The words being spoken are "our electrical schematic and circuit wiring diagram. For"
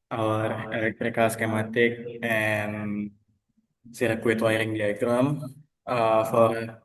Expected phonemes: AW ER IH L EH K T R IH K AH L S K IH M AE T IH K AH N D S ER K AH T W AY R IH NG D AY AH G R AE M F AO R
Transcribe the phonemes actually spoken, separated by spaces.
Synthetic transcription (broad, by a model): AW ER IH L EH K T R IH K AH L S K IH M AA T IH K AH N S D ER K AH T W AY R IH NG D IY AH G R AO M F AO R